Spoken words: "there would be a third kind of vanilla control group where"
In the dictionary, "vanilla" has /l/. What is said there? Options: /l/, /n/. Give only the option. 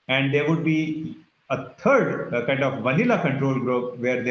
/l/